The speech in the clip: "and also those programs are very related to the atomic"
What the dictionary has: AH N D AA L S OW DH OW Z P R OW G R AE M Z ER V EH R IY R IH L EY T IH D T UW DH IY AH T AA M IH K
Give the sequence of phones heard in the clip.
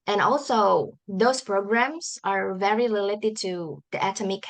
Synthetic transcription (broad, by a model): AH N AA L S OW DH OW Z P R OW G R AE M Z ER V EH R IY L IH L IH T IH D T UW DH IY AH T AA M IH K